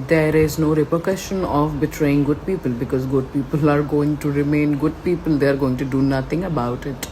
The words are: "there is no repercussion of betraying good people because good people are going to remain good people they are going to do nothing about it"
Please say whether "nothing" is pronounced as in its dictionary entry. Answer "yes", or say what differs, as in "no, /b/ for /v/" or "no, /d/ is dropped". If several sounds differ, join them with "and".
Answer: no, /t/ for /θ/